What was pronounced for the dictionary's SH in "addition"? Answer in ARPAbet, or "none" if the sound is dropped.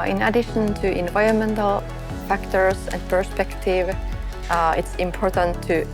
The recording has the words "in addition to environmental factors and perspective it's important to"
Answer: SH